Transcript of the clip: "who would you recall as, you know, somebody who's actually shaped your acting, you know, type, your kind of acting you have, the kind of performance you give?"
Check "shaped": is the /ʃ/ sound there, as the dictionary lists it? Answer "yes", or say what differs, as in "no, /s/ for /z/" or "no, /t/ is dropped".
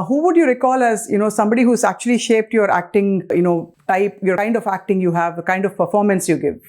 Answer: yes